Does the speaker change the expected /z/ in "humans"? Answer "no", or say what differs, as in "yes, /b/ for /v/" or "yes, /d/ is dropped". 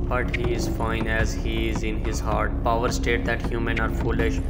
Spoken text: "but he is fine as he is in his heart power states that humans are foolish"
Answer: yes, /z/ is dropped